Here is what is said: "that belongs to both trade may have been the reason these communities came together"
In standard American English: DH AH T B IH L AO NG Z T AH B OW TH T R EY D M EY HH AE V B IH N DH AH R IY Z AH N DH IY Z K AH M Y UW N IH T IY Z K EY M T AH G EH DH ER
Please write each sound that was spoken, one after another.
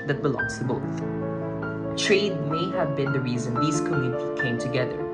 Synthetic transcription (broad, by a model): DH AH T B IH L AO NG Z T AH B OW TH T R EY D M EY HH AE V B IH N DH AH R IY Z AH N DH IY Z K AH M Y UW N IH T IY K EY M T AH G EH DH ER